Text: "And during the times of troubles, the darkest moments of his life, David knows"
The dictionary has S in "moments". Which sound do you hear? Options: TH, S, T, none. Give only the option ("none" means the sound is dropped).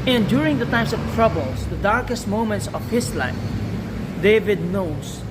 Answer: S